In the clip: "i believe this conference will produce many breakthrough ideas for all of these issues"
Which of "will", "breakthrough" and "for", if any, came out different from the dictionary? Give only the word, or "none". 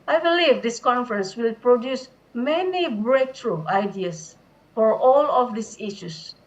breakthrough